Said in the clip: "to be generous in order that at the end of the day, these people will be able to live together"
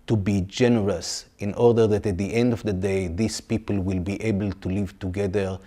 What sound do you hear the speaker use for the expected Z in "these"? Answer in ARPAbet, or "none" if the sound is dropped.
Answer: S